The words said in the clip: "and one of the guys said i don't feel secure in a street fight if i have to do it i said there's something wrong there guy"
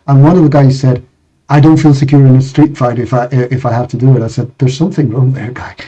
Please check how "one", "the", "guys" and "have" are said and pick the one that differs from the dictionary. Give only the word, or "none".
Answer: have